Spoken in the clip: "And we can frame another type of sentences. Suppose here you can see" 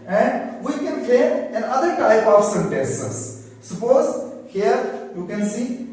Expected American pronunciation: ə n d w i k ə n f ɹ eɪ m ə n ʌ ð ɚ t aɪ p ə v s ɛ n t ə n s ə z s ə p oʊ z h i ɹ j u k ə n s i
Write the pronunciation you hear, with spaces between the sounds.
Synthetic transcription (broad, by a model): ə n d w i k ə n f eɪ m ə n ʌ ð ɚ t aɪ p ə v s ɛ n t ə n s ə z s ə p oʊ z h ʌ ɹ j u k ə n s i